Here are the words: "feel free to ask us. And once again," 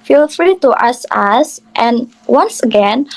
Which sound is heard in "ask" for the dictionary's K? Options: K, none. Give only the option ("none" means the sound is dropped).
none